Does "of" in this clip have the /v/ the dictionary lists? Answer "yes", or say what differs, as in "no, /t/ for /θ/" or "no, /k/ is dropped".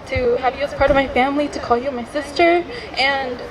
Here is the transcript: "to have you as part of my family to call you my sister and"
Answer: yes